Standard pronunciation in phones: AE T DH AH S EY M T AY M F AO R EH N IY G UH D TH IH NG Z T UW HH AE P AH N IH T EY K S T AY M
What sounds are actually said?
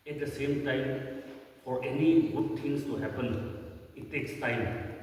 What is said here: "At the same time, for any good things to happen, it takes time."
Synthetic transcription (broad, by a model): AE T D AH S EY M T AY M F AO R EH N IY G UH D T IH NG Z T UW HH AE P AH N IH T EY K S T AY M